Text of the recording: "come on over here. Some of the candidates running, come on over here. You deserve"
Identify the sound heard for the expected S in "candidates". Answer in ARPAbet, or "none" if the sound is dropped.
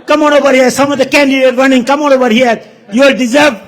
none